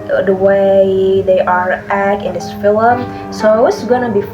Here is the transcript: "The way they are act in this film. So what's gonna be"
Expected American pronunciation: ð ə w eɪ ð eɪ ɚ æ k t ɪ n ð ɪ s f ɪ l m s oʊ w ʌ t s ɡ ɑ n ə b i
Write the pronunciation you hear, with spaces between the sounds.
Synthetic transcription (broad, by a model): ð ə w eɪ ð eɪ ɚ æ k ɪ n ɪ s f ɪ l m s oʊ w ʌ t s ɡ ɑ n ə b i